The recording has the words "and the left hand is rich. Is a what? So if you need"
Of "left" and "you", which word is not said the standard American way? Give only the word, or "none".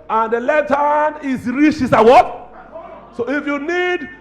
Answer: left